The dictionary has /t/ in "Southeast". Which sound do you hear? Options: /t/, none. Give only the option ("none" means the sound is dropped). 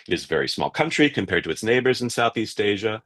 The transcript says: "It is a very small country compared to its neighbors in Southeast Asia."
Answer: /t/